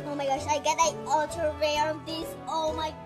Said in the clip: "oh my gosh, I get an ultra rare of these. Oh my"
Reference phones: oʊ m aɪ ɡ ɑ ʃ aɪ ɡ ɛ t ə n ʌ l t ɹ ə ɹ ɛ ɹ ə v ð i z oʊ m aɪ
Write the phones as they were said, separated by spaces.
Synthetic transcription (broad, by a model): oʊ m aɪ ɡ ɑ ʃ aɪ ɡ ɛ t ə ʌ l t ə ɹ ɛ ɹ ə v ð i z oʊ m aɪ